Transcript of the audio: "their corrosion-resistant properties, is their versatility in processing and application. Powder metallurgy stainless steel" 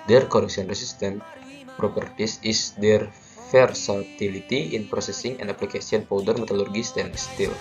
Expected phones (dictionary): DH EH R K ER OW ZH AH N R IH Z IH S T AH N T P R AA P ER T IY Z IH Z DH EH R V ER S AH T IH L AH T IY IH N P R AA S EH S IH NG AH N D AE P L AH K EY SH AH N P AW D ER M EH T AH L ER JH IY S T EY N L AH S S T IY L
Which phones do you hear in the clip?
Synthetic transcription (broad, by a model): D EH R K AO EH S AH N R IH S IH S T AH N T P R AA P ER T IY S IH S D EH R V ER S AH T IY L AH T IY IH N P R AA S EH S IH NG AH N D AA P L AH K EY S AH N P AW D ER M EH T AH L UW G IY S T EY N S S T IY L